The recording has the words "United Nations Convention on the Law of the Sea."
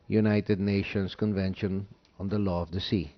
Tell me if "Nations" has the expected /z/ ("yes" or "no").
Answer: no